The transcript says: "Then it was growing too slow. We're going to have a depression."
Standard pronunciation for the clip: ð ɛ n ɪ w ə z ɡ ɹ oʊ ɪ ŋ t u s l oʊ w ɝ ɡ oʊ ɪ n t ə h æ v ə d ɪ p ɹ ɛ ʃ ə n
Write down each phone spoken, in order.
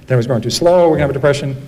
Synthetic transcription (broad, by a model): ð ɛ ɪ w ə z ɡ oʊ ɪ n t u s l oʊ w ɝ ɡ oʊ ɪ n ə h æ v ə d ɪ p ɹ ɛ ʃ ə n